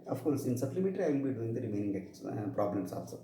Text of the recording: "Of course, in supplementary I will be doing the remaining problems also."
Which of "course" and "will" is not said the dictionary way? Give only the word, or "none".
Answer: will